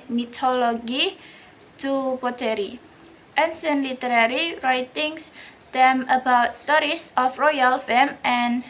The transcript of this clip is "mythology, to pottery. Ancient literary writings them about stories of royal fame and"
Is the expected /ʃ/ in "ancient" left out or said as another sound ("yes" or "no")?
yes